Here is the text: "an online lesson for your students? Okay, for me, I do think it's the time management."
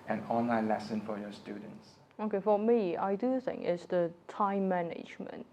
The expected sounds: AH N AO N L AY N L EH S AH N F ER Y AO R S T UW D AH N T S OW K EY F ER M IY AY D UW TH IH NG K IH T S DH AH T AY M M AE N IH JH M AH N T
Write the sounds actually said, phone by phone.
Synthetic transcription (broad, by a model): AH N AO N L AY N L EH S AH N F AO Y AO S T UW D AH N T S OW K EY F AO M IY AY D UW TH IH NG IH T S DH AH T AY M M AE N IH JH M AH N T